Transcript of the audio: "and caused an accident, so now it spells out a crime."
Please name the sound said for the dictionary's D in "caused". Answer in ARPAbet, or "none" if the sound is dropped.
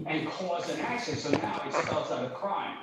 none